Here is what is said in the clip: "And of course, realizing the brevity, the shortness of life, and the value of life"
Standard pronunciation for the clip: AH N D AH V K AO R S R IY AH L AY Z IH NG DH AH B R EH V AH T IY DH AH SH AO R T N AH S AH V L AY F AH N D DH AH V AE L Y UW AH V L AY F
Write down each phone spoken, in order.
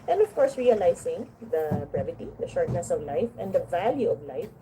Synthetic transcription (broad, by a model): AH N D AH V K AO R S R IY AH L AY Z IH NG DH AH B R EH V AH T IY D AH SH AO R T N AH S AH V L AY F AH N D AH V AE L Y UW AH V L AY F